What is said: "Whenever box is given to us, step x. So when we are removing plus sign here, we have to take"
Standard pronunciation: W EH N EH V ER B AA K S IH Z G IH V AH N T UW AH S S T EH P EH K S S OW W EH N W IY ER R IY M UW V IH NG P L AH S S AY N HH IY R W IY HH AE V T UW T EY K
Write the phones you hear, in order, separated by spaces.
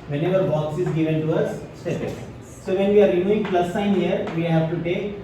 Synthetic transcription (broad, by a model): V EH N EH V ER B AA K S IH Z G IH V AH N T UW AH S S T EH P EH S S OW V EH N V IY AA R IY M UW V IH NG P L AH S S AY N HH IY R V IY HH AE V T UW T EY K